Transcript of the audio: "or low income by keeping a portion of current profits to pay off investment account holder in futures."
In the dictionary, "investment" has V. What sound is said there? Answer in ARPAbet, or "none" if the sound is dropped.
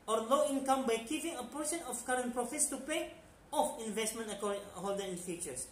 V